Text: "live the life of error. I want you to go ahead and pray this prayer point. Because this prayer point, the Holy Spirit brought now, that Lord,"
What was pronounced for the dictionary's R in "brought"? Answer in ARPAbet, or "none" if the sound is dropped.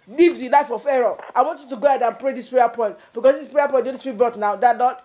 none